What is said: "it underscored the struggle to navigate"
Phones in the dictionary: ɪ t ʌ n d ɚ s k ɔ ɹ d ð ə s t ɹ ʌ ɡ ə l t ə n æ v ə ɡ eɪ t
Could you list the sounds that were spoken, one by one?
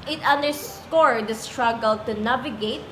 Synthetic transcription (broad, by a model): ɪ t ʌ n d ɚ s k ɔ ɹ d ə s t ɹ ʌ ɡ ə l t ə n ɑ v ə ɡ eɪ t